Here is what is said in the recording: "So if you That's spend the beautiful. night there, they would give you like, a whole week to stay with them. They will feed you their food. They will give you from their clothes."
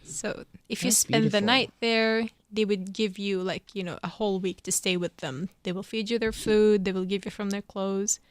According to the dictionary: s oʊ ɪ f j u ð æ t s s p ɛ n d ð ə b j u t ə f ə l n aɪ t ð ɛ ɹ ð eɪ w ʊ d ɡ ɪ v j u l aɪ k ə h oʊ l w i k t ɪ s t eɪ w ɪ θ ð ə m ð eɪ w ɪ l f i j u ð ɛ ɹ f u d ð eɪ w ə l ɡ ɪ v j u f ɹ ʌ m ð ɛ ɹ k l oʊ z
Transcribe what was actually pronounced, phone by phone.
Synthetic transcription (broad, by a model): s oʊ ɪ f j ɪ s s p ɛ n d ð ə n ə ə t ð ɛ ɹ ð eɪ w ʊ d ɡ ɪ v j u l aɪ k ə h oʊ l w i k t ɪ s t eɪ w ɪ ð ə m ð eɪ w ɪ l f i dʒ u ð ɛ ɹ f u d ð eɪ w ə l ɡ ɪ v j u f ɹ ʌ m ð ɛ ɹ k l oʊ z